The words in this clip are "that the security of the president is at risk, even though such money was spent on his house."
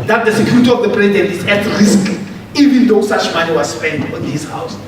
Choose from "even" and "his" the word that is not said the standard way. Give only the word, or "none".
his